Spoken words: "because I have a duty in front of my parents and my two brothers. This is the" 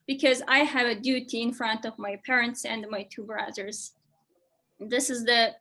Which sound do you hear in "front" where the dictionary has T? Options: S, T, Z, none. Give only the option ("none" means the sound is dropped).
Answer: T